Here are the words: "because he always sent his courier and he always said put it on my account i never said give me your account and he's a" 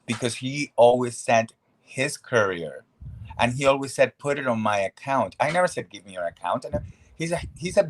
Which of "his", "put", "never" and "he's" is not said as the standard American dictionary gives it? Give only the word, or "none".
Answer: he's